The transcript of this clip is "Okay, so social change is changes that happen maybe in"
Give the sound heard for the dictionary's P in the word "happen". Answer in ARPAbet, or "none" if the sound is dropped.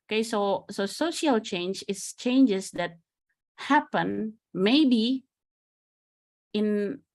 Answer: P